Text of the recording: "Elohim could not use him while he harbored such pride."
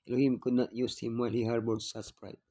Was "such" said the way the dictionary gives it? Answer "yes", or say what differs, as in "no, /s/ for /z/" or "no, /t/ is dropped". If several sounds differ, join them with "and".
no, /s/ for /tʃ/